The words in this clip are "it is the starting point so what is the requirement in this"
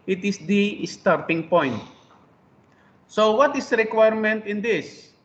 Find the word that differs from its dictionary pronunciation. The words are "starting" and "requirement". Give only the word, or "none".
none